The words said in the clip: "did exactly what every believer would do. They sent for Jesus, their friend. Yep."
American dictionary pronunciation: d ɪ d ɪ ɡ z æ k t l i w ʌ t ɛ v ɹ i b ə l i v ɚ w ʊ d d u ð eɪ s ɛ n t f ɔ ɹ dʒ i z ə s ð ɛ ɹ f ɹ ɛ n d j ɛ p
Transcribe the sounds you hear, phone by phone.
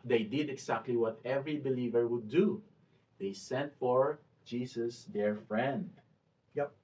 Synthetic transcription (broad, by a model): d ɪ d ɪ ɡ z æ k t l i w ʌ t ɛ v ɹ i b ə l i v ɚ w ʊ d d u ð eɪ s ɛ n t f ɔ ɹ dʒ i s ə s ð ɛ ɹ f ɹ ɛ n d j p